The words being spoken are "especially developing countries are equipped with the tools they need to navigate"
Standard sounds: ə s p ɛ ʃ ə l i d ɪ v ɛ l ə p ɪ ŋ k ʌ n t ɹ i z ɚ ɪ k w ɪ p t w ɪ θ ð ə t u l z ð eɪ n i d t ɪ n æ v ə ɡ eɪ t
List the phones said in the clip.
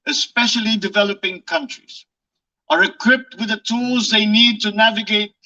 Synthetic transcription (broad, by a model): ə s p ɛ ʃ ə l i d ɪ v ɛ l ə p ɪ ŋ k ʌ n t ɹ i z ɚ ɪ k w ɪ p t w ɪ ð ə t u l z ð eɪ n i d t ɪ n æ v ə ɡ eɪ t